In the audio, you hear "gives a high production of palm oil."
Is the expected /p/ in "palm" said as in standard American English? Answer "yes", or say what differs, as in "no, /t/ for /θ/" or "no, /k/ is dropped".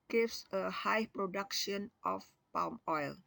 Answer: yes